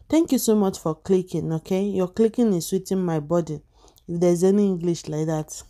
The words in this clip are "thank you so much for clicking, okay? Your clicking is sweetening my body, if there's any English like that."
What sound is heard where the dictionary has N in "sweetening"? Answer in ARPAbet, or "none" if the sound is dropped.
none